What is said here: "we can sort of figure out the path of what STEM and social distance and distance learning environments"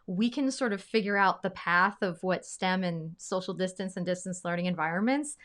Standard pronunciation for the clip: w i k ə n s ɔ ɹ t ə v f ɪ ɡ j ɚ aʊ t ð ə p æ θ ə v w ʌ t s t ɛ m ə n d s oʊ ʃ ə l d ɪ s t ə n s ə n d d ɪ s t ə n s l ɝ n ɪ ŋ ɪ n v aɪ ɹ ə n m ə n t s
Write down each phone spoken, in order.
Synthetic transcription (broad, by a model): w i k ə n s ɔ ɹ t ə v f ɪ ɡ j ɚ aʊ t ð ə p æ θ ə v w ʌ t s t ɛ m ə n s oʊ ʃ l d ɪ s t ə n s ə n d d ɪ s t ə n s l ɝ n ɪ ŋ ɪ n v aɪ ɹ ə n m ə n t s